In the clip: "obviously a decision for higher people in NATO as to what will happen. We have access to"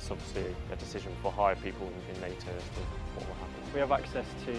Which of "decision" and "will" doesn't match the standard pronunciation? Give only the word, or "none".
none